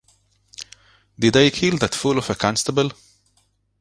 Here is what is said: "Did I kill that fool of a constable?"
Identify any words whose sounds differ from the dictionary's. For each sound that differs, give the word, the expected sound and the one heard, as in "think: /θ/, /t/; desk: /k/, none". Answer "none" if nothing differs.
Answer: none